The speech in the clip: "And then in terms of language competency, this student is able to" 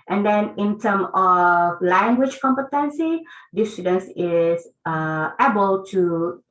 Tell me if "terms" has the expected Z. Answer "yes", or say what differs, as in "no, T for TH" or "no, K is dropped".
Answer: no, Z is dropped